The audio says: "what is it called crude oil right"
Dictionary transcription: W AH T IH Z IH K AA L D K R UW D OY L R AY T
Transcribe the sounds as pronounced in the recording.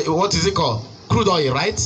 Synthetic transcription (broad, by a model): W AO T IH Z IH K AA L K R UW D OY R AY T